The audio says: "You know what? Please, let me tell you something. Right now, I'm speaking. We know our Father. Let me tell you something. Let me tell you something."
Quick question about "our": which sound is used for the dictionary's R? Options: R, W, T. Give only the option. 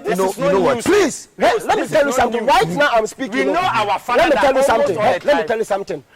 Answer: W